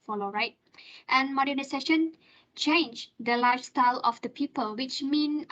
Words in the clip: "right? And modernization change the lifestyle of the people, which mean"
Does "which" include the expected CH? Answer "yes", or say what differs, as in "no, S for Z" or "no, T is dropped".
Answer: yes